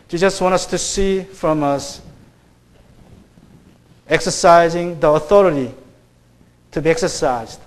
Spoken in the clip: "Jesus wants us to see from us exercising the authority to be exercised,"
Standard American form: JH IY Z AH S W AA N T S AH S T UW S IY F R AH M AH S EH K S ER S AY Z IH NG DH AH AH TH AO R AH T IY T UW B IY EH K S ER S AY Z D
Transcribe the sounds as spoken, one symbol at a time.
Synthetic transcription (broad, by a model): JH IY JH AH S W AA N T AH S T UW S IY F R AH M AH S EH K S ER S AY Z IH NG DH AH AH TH AO R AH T IY T UW B IY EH K S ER S AY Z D